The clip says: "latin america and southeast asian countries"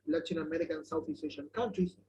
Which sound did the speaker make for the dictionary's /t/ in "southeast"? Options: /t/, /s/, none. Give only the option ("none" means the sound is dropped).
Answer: none